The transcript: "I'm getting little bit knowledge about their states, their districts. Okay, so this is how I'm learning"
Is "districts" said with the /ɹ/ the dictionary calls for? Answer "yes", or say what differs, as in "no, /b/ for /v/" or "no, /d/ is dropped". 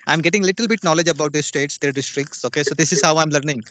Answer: yes